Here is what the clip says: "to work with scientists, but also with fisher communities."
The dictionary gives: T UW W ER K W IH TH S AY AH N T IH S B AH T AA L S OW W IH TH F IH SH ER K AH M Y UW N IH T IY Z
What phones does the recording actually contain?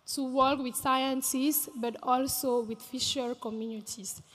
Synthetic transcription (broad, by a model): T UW W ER K W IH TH S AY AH N S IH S B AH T AA L S OW W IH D F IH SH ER K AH M Y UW N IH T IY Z